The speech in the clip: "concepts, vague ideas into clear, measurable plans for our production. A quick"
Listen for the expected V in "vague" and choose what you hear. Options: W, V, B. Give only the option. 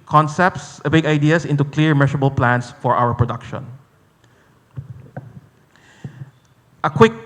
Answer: B